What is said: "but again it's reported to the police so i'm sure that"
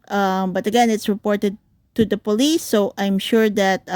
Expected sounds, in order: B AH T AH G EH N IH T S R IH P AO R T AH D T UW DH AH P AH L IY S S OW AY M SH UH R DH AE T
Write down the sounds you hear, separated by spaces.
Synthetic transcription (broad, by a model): B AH T AH G EH N IH T S R IH P AO R T AH D T UW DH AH P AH L IY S S OW AY M SH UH R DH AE T